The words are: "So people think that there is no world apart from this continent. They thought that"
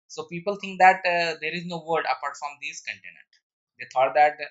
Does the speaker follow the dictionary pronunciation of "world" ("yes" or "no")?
no